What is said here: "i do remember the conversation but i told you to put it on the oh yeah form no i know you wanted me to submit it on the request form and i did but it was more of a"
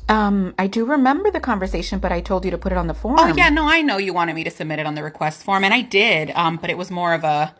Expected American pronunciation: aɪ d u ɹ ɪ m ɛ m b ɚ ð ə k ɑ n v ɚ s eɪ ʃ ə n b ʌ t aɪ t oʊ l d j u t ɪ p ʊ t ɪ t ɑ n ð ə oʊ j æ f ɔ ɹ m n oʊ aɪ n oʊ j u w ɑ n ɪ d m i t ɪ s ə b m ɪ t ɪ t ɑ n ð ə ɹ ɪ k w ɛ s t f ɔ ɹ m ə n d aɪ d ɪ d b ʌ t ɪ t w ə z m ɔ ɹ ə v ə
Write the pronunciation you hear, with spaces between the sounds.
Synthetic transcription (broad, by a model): aɪ d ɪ ɹ ɪ m ɛ m b ɚ ð ə k ɑ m v ɚ s eɪ ʃ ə n b ʌ t aɪ t oʊ l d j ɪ t ɪ p ʊ t ɪ t n ð ə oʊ f ɔ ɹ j n oʊ aɪ n oʊ j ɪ w ɑ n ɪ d m i t ɪ s ə b m ɪ t ɪ t n ð ə ɹ ɪ k w ɛ s t f ɔ ɹ m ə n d aɪ d ɪ d b ʌ t ɪ t w ə z m ɔ ɹ ə v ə